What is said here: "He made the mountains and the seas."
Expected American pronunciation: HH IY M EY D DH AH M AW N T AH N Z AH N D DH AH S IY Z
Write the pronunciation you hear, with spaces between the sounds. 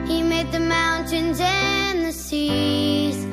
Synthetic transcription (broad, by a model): HH IY M EY D DH AH M AW N T AH N Z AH N DH AH S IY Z